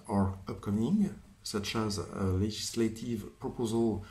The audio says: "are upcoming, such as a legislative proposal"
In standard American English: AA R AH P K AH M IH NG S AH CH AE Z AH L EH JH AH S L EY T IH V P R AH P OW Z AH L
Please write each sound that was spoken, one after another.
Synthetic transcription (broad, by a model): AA R AH P K AH M IH NG S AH CH AE Z AH L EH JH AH S L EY T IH V P R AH P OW Z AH L